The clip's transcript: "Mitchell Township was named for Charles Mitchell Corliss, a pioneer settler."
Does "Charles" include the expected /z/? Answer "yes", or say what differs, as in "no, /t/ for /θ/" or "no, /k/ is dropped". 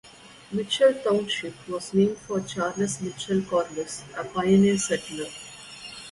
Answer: no, /s/ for /z/